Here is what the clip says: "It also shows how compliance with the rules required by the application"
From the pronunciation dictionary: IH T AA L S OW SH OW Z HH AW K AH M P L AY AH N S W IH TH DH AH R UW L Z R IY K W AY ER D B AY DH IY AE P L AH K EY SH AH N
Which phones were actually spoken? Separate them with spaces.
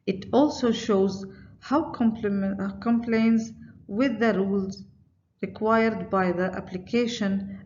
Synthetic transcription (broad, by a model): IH T AA L S OW SH OW Z HH AW K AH M P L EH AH N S W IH DH AH R UW L Z R IY K W AY ER D B AY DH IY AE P L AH K EY SH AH N